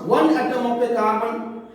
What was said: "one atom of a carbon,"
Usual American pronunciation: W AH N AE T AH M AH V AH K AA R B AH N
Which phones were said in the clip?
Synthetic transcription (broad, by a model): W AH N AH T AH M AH P AH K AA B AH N